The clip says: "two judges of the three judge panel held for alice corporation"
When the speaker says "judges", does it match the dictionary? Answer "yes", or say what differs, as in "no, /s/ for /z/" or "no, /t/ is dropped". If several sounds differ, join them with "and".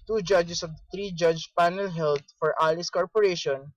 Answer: no, /s/ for /z/